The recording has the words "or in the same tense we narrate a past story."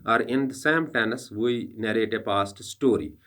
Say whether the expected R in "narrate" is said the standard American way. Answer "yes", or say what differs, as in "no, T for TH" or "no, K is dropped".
yes